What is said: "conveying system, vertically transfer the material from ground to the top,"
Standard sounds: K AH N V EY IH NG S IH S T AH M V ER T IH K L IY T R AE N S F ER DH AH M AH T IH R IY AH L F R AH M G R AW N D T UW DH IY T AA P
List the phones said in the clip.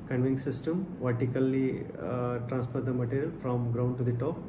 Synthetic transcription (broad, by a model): K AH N V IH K S IH S T AH M V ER T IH K L IY T R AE N S P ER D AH M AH T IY R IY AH L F R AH M G R AW N D T UW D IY T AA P